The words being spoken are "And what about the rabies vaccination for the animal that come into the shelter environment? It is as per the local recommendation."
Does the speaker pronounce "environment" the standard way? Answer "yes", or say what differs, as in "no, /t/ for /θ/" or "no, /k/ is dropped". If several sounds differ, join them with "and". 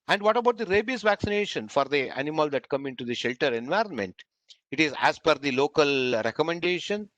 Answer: yes